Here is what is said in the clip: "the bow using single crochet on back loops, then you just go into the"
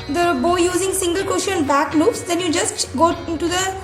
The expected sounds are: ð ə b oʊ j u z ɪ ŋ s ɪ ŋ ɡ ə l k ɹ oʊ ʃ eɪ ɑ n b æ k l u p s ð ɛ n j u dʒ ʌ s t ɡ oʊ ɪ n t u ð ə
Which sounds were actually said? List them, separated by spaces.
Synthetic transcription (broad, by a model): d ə b oʊ j u z ɪ ŋ s ɪ ŋ ɡ ə l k oʊ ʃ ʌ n b æ k l u p s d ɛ n j u dʒ ʌ s t ɡ oʊ ɪ n t u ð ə